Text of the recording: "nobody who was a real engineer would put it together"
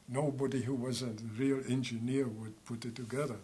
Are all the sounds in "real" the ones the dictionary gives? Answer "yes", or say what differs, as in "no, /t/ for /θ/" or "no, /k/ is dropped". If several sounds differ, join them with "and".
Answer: yes